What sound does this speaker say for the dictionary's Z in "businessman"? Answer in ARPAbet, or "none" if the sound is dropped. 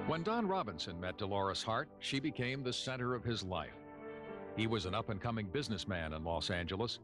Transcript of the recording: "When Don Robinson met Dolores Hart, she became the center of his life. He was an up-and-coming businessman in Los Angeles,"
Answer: Z